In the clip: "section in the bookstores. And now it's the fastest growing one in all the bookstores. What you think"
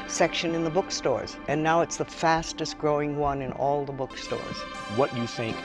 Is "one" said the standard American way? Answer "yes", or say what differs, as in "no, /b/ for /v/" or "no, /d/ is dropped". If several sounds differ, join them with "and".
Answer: yes